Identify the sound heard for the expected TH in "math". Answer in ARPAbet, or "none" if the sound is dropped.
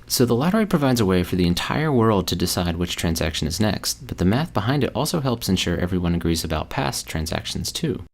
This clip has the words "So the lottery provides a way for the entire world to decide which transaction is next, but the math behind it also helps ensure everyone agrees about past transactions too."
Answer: TH